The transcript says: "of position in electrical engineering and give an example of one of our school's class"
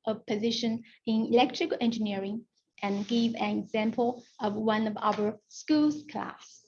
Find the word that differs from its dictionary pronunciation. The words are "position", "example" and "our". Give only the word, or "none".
none